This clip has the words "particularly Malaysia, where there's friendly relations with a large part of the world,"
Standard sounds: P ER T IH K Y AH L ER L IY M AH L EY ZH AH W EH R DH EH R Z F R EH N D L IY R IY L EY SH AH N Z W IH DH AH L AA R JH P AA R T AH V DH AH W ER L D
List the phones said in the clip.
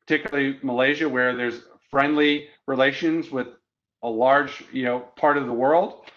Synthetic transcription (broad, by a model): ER T IH K Y L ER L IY M AH L EY ZH AH W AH R DH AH R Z F R EH N D L IY R IY L EY SH AH N Z W IH DH AH L AA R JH P AA R T AH V DH AH W ER L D